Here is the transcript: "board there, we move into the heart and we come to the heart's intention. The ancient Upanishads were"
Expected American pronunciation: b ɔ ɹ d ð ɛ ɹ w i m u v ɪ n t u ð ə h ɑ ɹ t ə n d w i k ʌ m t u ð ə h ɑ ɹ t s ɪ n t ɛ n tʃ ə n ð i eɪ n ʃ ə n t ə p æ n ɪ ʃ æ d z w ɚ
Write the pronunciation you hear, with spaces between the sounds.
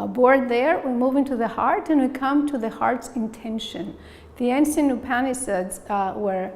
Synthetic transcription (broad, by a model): b ɔ ɹ d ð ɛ ɹ w i m u v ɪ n t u ð ə h ɑ ɹ t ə n w i k ʌ m t u ð ə h ɑ ɹ t s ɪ n t ɛ n ʃ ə n ð i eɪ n s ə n ə p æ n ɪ s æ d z w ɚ